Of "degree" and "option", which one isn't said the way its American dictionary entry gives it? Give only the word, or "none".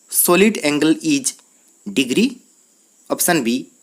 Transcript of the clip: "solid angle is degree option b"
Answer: option